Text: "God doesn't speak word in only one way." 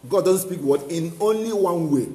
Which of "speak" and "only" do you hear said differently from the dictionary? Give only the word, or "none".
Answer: none